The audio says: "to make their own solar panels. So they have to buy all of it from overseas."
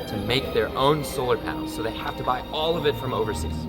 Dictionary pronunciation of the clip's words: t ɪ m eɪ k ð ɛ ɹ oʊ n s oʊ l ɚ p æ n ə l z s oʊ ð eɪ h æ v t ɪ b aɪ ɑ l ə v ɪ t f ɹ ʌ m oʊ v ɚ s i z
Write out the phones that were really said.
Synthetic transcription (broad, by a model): t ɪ m eɪ k ð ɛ ɹ oʊ n s oʊ l ɚ p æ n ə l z s oʊ ð eɪ h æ f t ɪ b aɪ ɑ l ə v ɪ t f ɹ ʌ m oʊ v ɚ s i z